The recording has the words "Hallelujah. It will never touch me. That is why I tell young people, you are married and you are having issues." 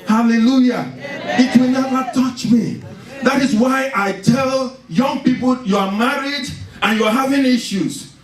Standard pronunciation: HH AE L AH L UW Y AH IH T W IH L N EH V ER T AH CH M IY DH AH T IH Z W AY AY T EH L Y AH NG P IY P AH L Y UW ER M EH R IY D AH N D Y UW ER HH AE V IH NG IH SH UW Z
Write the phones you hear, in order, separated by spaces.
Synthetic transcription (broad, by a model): HH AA L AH L UW Y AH IH T W IH L N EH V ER T AH CH M IY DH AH T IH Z W AY AY T EH L Y AH NG P IY P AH L Y UW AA M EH R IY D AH N Y UW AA HH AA V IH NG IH SH UW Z